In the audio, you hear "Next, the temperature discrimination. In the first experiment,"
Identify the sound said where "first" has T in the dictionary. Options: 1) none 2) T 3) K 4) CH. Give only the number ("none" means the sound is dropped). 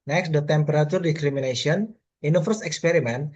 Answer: 1